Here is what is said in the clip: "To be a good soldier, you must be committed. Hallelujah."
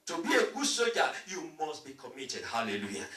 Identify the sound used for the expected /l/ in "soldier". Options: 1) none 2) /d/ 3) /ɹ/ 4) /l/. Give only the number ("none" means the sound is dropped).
1